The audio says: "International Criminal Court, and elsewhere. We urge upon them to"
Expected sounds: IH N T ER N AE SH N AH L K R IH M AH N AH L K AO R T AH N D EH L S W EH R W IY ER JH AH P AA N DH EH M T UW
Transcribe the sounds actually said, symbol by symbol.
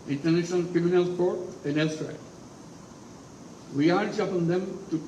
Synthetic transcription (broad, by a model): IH N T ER N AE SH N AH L K R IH M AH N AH L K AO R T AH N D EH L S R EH L W IY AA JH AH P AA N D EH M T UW